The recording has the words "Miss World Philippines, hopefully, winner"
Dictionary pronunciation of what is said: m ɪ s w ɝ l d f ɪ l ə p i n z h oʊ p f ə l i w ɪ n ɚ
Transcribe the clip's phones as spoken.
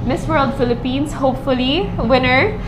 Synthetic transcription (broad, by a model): m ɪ s w ɝ l d f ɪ l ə p i n s h oʊ p f ə l i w ɪ n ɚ